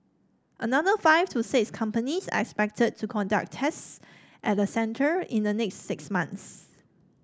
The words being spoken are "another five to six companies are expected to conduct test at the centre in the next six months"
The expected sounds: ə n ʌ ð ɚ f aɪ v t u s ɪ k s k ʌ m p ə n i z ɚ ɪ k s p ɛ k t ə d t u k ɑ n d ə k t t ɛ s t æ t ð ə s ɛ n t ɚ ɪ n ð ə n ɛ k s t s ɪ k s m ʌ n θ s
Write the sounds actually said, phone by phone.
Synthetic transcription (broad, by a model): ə n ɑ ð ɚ f aɪ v t u s ɪ k s k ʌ m p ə n i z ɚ ɪ k s p ɛ k t ə d t u k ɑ n d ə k t t s t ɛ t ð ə s ɛ n t ɚ ɪ n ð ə n ɛ k s t s ɪ k s m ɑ n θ s